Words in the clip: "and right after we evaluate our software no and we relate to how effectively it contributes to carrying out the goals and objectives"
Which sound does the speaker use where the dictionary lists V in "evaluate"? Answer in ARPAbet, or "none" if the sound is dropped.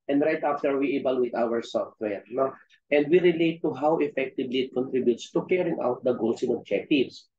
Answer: B